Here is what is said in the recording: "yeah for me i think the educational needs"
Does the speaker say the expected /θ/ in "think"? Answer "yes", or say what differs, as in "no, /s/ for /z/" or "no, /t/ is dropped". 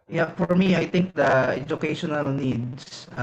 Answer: no, /t/ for /θ/